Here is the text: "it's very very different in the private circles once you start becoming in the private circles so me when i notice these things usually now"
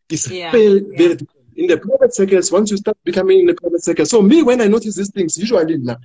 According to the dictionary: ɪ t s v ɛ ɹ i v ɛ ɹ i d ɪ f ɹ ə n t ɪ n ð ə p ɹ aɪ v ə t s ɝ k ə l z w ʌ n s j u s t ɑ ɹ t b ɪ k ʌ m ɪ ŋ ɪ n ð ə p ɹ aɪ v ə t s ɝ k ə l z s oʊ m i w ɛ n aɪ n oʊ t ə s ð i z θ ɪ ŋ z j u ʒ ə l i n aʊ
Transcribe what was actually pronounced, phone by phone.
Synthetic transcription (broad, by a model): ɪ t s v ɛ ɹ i v ɛ ɹ i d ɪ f ə n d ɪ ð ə p ɹ aɪ v ə t s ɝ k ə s w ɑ n s j u s t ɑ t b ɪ k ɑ m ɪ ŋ ɪ n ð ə p ɹ aɪ v ə t s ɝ k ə s oʊ m i w ɛ n aɪ n oʊ t ə s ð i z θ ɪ ŋ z j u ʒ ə l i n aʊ